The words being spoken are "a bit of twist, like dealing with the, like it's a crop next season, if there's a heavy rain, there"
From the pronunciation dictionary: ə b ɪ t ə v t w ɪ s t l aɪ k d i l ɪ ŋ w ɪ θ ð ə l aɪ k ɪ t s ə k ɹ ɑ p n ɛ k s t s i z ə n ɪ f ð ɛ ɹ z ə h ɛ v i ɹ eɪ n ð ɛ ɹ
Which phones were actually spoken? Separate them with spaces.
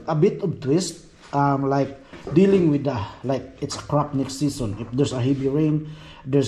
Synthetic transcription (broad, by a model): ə b ɪ t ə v t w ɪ s t l aɪ k d i l ɪ ŋ w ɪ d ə l aɪ k ɪ t s ə k ɹ ɑ p n ɛ k s t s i s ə n ɪ f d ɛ ɹ s ə h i b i ɹ eɪ n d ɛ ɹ